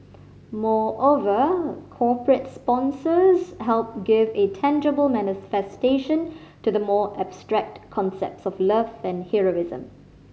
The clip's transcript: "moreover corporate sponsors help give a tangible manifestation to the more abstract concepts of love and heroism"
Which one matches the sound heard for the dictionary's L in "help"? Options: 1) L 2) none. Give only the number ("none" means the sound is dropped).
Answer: 1